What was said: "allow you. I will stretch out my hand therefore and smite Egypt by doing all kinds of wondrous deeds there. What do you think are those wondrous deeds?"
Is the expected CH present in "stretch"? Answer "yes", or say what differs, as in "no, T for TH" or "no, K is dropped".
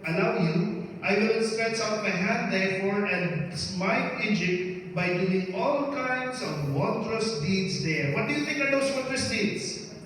no, S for CH